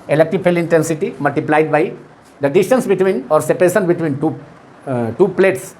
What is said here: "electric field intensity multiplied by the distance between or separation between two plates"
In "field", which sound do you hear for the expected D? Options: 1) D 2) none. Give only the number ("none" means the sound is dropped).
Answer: 2